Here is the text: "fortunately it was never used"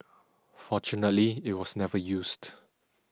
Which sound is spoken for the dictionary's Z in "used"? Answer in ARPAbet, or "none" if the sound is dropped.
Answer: S